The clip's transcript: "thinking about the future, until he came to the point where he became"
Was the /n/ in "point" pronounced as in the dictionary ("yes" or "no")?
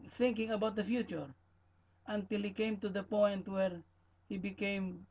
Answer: yes